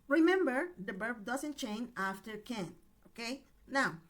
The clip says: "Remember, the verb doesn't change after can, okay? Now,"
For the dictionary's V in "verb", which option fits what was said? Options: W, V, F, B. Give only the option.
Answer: B